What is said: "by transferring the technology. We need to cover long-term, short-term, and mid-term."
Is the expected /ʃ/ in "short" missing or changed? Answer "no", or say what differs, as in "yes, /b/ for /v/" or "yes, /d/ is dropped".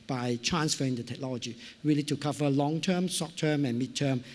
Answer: yes, /s/ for /ʃ/